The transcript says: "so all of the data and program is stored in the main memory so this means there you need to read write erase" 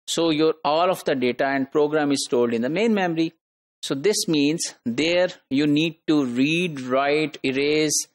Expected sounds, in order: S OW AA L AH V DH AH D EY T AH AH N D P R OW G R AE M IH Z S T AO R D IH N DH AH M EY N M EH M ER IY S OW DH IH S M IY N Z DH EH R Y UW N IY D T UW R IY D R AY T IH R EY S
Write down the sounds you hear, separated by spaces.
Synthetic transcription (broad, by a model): S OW AA L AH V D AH D EY T AH AH N D P R OW G R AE M IH Z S T AO L D IH N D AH M EY N M EH M ER IY S OW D IH S M IY N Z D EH R Y UW N IY D T UW R IY D R AY T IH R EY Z